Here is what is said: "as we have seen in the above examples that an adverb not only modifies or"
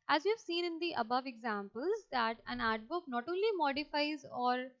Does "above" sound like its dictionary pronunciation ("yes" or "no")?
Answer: yes